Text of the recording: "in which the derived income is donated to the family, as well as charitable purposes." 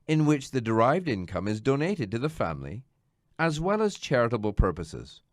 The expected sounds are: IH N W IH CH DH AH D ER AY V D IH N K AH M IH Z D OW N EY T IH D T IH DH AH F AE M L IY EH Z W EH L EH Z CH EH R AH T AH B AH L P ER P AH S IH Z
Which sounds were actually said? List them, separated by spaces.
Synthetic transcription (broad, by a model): IH N W IH CH DH AH D ER AY V D IH N K AH M IH Z D OW N EY T IH D T IH DH AH F AE M L IY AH Z W EH L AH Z CH EH R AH T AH B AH L P ER P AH S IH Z